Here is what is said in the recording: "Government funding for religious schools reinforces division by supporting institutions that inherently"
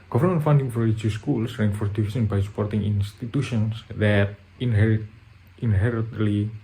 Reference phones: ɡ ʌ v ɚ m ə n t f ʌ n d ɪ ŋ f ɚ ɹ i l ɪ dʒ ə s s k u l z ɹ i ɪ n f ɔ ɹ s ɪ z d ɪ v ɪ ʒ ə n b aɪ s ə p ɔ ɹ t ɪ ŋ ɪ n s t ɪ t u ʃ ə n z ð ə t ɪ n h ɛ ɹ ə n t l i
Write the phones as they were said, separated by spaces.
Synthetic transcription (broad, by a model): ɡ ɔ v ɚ m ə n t f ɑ n d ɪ ŋ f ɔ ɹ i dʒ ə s s k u l s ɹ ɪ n f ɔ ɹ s d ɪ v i s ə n b aɪ s ə p ɔ ɹ t ɪ ŋ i n s t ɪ t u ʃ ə n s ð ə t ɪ n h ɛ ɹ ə n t l i